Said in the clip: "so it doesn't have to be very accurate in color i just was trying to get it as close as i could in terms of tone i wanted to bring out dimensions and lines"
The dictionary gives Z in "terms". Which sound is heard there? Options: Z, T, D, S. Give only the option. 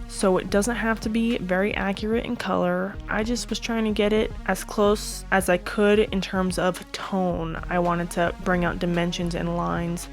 Z